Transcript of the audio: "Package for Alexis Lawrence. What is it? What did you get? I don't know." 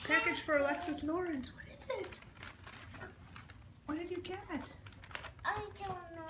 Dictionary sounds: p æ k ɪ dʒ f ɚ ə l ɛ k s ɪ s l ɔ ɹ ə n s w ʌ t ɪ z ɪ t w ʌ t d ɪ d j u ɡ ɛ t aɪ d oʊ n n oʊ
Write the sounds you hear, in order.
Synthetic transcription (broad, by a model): p æ k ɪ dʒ f ɚ ə l ɛ k s ɪ s n ɔ ɹ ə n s w ʌ t ɪ z ɪ t w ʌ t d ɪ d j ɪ ɡ ɛ t aɪ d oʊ l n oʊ